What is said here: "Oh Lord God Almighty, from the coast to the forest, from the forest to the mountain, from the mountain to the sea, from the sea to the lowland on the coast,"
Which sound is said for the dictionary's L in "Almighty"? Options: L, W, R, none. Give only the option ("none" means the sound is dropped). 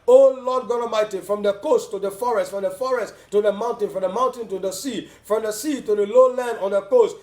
none